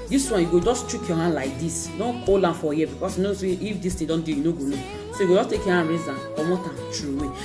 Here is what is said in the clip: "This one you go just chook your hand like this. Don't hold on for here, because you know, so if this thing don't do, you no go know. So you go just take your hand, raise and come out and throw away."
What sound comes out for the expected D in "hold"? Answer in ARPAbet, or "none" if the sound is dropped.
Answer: none